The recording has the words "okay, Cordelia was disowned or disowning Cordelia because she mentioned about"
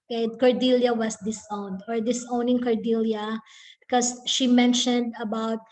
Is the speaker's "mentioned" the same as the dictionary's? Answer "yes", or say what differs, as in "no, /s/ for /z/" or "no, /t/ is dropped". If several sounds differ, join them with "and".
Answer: yes